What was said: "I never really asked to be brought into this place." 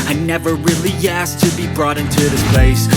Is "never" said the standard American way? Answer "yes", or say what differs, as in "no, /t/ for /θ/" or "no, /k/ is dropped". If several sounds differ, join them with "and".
yes